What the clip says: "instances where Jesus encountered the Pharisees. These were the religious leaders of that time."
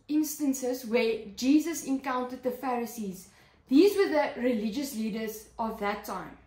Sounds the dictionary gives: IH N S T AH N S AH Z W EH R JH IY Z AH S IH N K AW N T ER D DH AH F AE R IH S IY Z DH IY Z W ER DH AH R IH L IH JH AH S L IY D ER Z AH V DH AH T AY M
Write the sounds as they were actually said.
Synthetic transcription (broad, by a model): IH N S T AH N S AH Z W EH JH IY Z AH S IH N K AW N T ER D DH AH F AE R IH S IY Z DH IY Z W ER DH AH R IH L IH JH AH S L IY D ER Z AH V DH AH T AY M